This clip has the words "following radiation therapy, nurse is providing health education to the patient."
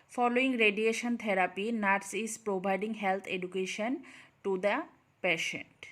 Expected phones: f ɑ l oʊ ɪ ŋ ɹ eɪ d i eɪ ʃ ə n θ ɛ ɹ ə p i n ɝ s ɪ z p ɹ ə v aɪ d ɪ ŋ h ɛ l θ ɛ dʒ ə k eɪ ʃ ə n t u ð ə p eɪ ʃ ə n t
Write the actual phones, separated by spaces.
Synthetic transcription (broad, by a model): f ɑ l oʊ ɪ ŋ ɹ eɪ d i eɪ ʃ ə n t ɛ ɹ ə p i n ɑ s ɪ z p ɹ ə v aɪ d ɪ ŋ h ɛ l t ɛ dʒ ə k eɪ ʃ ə n t u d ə p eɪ ʃ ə n t